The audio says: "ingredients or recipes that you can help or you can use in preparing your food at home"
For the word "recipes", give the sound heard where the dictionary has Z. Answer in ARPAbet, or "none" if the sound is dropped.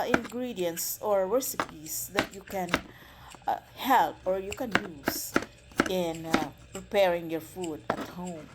S